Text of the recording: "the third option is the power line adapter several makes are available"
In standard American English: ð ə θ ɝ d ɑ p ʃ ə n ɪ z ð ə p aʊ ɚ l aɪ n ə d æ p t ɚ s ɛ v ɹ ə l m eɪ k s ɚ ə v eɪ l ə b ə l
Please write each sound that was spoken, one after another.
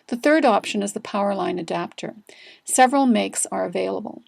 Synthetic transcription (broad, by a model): ð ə θ ɝ d ɑ p ʃ ə n ɪ z ð ə p aʊ ɚ l aɪ n ə d æ p t ɚ s ɛ v ɹ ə l m eɪ k s ɚ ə v eɪ l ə b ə l